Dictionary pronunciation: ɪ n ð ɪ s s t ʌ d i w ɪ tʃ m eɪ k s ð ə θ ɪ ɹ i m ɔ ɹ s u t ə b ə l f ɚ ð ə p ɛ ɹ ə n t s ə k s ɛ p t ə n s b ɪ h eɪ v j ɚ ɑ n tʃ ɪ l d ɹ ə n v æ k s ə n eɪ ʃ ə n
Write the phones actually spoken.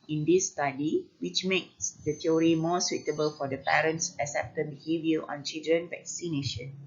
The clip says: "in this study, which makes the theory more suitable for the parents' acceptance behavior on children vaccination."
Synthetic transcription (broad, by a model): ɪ n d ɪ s s t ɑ d i w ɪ tʃ m eɪ k s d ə t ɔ ɹ i m ɔ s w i t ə b ə l f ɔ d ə p ɛ ɹ ə n t s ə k s ɛ p t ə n b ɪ h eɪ v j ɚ ɑ n tʃ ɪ l d ɹ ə n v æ k s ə n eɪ ʃ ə n